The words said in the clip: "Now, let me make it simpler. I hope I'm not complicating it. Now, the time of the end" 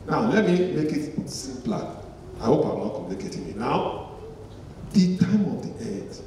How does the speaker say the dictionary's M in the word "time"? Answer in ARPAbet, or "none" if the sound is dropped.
M